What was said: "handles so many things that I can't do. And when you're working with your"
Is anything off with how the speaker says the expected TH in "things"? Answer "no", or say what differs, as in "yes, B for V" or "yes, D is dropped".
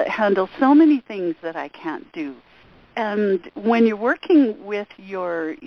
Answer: no